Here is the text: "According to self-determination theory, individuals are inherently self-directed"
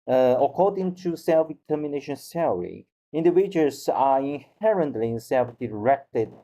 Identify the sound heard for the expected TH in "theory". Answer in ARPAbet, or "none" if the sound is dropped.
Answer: S